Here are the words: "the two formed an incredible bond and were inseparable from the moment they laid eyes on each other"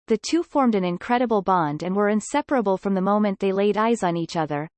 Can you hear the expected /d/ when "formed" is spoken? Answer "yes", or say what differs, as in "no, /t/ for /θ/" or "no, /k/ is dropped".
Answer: yes